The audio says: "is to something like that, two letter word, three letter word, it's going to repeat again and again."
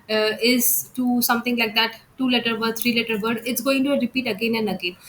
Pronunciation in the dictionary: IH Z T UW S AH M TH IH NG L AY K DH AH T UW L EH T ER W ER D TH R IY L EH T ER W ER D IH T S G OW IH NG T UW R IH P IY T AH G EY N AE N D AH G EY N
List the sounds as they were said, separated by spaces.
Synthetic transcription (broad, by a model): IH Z T UW S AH M T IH NG L AY K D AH T UW L EH T ER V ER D S R IY L EH T ER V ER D IH T S G OW IH NG T UW R IH P IY T AH G EY N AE N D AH G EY N